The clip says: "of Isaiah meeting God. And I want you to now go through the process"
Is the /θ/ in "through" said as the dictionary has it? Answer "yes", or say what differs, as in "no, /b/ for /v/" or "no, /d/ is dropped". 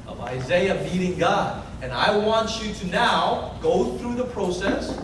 yes